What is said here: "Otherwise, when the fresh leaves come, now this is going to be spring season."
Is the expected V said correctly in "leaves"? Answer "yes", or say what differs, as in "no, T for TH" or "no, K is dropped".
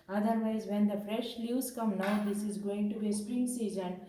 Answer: no, V is dropped